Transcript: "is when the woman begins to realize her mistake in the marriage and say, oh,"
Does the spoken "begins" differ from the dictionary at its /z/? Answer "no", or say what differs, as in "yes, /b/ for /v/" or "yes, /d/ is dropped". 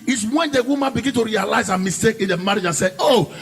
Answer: yes, /z/ is dropped